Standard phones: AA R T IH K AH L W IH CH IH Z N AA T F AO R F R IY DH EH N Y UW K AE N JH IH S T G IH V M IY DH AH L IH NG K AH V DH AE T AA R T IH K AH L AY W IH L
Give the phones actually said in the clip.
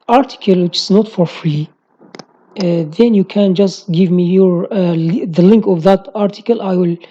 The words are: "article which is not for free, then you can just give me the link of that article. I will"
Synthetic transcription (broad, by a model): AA R T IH K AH L W IH CH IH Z N AA T F AO R F R IY DH EH N Y UW K AE N JH IH S T G IH V M IY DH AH L IH NG K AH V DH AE T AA R T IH K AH L AY W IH L